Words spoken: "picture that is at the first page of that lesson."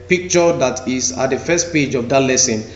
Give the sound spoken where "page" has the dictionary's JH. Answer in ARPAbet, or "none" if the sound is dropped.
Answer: JH